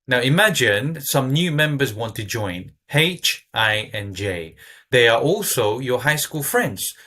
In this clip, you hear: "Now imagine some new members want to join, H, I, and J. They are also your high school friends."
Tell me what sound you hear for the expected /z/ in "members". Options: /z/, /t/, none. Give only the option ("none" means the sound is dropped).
/z/